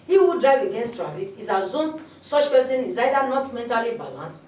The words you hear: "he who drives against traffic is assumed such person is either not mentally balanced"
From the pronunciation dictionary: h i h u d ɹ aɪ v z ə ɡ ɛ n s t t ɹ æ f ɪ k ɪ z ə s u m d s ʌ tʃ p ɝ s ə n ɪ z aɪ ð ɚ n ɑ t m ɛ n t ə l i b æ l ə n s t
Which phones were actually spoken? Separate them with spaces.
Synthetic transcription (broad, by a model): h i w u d ɹ aɪ v ə ɡ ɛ n s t t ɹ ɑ f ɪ k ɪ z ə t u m s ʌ tʃ p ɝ s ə n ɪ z aɪ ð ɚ n ɑ t m ɛ n t ə l i b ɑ l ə n s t